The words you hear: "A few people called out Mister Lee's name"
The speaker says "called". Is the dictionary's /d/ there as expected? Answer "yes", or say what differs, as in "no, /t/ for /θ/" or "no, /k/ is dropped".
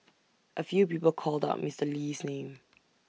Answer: yes